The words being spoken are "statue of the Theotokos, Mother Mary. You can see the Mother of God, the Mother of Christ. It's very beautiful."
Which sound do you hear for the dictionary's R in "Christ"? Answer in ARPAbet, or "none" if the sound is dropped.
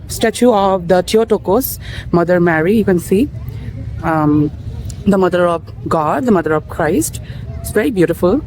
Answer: R